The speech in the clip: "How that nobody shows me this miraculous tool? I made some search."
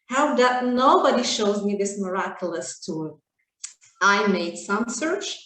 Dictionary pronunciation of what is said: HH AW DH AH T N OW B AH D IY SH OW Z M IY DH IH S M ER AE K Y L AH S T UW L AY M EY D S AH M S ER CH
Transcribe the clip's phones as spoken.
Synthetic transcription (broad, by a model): HH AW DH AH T N OW B AH D IY SH OW Z M IY DH IH S M ER AE K Y L AH S T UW AY M EY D S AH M S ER CH